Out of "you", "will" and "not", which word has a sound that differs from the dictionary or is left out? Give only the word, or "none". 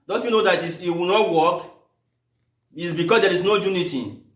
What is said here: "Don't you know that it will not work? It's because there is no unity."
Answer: will